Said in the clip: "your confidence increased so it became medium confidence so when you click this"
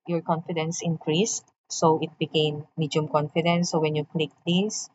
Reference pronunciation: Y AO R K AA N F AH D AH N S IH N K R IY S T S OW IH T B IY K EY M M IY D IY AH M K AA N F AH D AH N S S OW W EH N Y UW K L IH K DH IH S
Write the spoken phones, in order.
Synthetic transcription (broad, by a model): Y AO R K AA N F AH D AH N S IH N K R IY S T S OW IH T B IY K EY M M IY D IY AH M K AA N F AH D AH N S S OW W EH N Y UW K L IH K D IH S